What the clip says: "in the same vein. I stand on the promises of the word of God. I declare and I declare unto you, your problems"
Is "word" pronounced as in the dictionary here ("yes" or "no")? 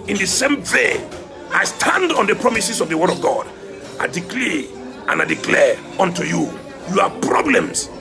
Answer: yes